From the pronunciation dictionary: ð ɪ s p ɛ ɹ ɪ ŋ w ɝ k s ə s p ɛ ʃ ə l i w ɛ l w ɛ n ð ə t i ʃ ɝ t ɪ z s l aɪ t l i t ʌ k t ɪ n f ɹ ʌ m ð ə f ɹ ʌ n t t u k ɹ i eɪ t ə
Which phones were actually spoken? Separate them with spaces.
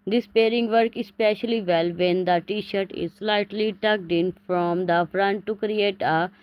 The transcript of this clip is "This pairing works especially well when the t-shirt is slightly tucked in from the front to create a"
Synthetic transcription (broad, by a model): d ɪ s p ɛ ɹ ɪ ŋ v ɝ k ə s p ɛ ʃ ə l i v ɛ l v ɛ n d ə t i ʃ ɝ t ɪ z s l aɪ t l i t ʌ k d ɪ n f ɹ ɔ m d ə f ɹ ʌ n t t u k ɹ i eɪ t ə